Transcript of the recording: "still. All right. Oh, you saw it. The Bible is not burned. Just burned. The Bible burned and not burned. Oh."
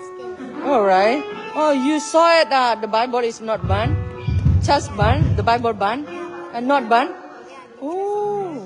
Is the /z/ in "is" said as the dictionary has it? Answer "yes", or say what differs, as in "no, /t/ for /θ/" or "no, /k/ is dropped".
no, /s/ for /z/